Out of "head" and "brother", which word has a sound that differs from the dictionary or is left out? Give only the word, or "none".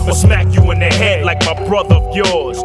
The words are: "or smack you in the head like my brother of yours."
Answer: none